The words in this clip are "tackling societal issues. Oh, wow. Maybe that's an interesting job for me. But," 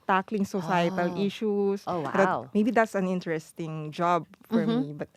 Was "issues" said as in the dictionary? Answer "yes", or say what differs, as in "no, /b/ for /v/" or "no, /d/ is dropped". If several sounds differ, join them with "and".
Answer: no, /s/ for /z/